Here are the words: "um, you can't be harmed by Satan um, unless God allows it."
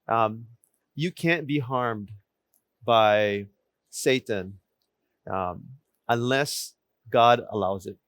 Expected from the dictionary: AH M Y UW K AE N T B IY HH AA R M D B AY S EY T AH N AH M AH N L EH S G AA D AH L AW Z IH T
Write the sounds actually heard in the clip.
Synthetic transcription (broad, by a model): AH M Y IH K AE N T B IY HH AA R M D B AY S EY T AH N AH M AH N L EH S G AA D AH L AW Z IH T